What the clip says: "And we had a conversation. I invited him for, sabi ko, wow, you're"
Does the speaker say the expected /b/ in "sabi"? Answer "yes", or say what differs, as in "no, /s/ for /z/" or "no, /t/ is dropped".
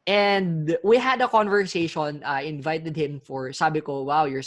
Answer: yes